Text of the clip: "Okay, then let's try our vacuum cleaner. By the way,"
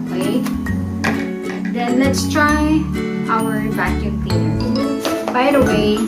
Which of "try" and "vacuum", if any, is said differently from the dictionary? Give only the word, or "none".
vacuum